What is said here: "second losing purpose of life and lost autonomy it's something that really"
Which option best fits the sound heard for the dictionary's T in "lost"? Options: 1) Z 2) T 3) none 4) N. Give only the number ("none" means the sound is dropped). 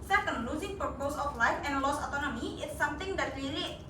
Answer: 3